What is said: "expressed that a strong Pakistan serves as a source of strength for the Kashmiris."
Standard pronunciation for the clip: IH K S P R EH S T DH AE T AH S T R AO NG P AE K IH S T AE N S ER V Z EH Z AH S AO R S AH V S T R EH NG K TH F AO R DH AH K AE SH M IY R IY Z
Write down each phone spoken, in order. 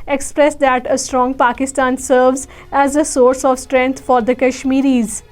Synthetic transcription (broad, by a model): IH K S P R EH S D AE T AH S T R AO NG P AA K IH S T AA N S ER V Z EH Z AH S AO R S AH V S T R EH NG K T F AO R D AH K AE SH M IY R IY Z